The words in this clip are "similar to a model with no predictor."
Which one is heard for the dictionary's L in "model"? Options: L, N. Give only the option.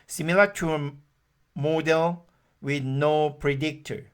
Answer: L